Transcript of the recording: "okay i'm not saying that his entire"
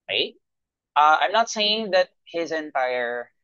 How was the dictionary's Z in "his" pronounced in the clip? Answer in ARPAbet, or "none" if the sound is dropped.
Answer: Z